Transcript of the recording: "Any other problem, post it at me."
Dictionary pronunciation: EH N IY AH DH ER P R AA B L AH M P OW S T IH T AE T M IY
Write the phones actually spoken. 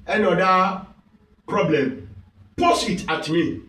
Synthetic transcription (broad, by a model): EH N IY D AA P R AA B L AH M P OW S IH T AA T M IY